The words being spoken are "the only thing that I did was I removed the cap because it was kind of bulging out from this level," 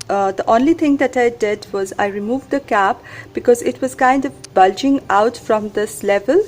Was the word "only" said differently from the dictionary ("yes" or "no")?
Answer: no